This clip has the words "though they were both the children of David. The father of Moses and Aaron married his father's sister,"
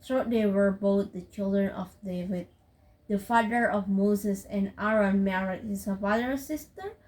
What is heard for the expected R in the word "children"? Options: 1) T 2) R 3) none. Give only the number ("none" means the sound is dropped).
2